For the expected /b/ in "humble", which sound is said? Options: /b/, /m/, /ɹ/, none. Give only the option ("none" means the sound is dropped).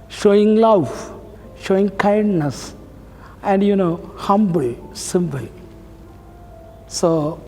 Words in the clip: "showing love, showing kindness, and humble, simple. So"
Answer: /b/